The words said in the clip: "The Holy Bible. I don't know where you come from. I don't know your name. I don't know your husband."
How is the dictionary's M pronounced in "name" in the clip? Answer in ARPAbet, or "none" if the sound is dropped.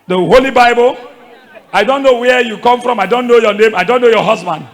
M